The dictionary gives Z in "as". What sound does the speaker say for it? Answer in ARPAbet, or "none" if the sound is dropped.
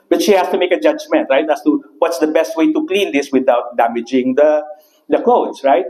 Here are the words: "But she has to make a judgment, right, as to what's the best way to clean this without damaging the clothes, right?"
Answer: S